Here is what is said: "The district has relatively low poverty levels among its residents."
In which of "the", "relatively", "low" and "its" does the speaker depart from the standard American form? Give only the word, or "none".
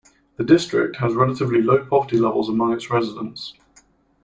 none